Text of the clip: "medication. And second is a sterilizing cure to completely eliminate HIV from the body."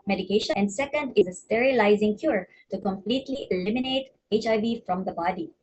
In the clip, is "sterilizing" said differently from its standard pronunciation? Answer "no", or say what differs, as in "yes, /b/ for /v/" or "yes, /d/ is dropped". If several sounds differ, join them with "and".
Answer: no